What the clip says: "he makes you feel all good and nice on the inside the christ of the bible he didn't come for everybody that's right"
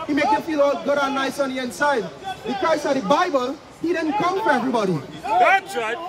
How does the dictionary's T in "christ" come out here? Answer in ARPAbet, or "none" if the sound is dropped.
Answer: none